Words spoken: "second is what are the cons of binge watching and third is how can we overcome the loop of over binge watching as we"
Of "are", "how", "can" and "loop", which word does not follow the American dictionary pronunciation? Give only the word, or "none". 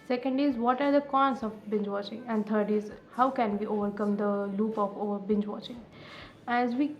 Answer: none